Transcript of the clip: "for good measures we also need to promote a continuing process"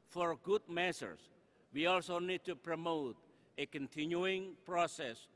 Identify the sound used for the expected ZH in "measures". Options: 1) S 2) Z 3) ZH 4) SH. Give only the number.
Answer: 1